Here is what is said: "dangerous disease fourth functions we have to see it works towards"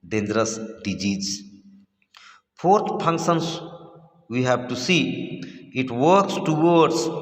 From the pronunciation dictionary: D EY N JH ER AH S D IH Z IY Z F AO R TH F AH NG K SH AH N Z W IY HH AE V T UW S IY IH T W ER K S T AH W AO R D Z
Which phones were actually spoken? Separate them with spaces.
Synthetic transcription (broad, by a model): D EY N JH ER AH S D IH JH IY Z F AO R T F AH NG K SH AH N S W IY HH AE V T UW S IY IH T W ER K S T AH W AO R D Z